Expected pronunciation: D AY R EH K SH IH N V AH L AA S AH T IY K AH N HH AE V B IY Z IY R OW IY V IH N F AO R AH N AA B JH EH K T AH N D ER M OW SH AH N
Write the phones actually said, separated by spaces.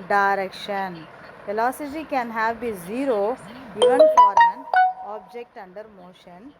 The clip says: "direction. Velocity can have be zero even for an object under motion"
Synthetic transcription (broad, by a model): D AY R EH K SH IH N F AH L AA S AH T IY K AH N HH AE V B IY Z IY R OW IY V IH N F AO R AH N AA B JH EH K T AH N D ER M OW SH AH N